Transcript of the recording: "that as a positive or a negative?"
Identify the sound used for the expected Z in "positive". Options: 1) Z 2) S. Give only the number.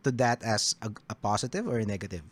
2